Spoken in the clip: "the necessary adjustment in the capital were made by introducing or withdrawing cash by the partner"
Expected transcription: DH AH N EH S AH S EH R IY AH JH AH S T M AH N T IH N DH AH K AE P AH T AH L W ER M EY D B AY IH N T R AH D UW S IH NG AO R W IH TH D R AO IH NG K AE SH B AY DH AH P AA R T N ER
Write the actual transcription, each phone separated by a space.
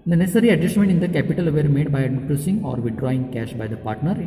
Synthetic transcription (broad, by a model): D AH N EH S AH R IY AH JH AH S T M AH N T IH N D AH K AE P AH T AH L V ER M EY D B AY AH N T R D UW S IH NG AO R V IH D R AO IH NG K AE SH B AY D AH P AA R T N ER